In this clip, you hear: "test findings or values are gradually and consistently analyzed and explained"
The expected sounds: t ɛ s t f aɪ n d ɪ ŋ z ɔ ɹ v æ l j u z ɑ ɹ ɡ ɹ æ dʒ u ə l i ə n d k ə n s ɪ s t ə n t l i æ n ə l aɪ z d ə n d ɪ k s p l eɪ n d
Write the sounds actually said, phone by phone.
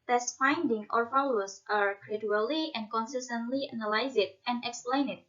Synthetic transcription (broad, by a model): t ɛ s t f aɪ n d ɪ ŋ ɔ ɹ f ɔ l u s ɑ ɹ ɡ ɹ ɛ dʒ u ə l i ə n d k ə n s ɪ s t ə n t l i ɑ n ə l aɪ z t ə n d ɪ k s p l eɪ n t